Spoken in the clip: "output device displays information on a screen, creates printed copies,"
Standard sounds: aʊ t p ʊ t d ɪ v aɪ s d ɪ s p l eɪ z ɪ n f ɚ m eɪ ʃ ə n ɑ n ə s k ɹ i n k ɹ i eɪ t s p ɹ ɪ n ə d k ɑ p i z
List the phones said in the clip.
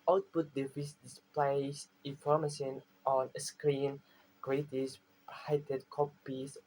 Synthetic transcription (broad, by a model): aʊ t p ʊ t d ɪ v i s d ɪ s p l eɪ s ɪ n f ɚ m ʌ s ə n ɑ n ə s k ɹ i n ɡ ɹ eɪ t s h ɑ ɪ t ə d k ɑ p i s